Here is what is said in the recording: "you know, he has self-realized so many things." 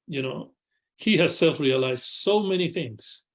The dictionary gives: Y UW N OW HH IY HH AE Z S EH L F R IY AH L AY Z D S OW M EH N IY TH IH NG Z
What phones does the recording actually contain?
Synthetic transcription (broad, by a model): Y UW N OW HH IY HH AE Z S EH L F R IY AH L AY Z D S OW M EH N IY TH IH NG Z